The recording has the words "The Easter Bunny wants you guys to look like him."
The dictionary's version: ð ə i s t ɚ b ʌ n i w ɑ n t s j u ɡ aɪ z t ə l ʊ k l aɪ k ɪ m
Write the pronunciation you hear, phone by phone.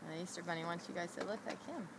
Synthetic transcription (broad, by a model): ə i s t ɚ b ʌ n i w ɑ n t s j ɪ ɡ aɪ z s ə l ʊ k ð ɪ k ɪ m